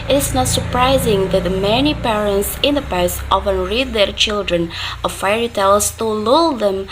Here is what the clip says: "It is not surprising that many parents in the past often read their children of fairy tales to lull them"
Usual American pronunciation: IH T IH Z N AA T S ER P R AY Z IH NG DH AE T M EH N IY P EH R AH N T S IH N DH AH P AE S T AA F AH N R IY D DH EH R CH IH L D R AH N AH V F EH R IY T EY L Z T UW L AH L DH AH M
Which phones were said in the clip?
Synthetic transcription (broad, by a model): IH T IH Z N AA T S ER P R AY Z IH NG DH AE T M EH N IY P EH R AH N T S IH N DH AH P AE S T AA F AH N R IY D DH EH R CH IH L D R AH N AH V F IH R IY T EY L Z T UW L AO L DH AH M